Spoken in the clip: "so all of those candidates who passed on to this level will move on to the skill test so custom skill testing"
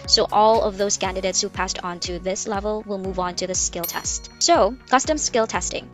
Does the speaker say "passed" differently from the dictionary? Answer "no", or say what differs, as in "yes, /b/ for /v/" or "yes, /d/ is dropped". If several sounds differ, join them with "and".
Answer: no